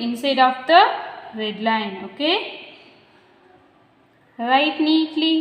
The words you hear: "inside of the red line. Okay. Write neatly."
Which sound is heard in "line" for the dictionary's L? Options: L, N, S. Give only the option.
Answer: L